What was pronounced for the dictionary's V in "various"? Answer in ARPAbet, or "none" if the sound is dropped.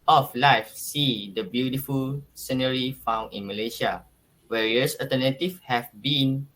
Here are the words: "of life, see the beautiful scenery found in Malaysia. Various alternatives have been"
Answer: W